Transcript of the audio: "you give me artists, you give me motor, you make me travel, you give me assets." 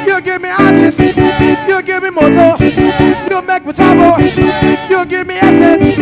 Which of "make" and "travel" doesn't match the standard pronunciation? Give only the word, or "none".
travel